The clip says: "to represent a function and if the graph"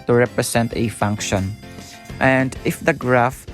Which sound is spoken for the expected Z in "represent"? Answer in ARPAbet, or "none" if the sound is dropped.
S